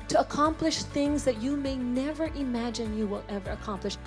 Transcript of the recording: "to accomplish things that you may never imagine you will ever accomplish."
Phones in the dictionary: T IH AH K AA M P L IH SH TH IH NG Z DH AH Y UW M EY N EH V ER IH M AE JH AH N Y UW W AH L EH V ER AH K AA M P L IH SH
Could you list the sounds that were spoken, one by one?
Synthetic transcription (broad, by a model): T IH AH K AA M P L IH SH TH IH NG Z DH AH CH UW M EY N EH V ER IH M AE JH AH N Y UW W AH L EH V ER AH K AA M P L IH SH